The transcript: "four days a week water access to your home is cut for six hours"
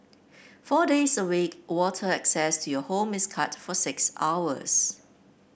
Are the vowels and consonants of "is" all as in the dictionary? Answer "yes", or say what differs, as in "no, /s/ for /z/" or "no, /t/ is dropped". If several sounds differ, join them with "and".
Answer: no, /s/ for /z/